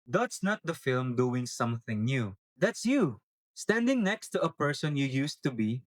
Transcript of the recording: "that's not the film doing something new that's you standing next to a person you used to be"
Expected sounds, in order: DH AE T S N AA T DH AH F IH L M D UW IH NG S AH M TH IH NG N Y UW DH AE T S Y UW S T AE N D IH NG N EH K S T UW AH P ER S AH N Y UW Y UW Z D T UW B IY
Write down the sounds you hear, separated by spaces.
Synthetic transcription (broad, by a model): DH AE T S N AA T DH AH F IH L M D UW IH NG S AH M TH IH NG N Y UW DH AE T S Y UW S T AE N D IH NG N EH K S T UW AH P ER S AH N Y UW Y UW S T UW B IY